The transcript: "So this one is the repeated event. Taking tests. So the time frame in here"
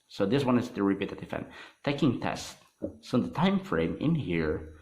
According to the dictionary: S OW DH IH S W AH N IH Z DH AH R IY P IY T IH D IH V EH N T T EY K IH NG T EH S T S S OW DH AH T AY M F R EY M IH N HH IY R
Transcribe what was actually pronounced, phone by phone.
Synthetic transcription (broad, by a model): S OW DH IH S W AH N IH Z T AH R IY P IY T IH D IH F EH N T T EY K IH NG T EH S T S S OW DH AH T AY M F R EY M IH N HH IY R